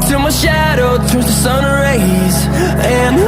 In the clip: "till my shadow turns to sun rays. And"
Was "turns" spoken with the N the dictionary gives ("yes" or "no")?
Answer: no